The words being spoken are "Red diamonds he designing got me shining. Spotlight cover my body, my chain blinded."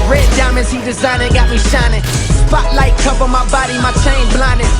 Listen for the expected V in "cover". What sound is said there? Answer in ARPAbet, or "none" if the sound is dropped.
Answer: P